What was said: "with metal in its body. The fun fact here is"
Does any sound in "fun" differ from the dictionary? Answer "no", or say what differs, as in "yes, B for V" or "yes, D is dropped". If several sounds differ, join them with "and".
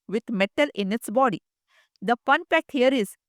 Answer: yes, P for F